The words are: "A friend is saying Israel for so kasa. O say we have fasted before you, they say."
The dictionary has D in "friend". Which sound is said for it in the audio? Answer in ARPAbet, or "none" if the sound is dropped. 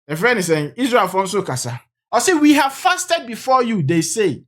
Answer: none